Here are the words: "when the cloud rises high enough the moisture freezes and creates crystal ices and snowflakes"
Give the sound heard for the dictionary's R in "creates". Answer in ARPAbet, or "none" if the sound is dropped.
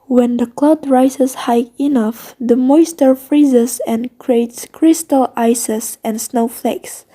R